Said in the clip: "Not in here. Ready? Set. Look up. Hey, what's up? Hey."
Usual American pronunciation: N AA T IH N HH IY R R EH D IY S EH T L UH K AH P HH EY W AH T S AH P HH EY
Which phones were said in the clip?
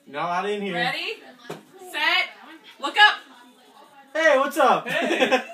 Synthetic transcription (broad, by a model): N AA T IH N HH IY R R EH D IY S EH T W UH K AH P HH EY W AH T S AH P